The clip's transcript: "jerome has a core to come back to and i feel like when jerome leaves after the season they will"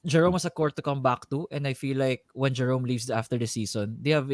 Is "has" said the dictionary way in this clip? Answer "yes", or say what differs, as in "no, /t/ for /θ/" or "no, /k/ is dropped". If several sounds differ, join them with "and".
no, /s/ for /z/